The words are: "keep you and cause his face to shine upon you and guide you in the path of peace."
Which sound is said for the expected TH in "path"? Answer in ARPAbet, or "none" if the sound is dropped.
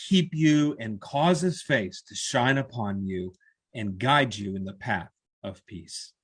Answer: TH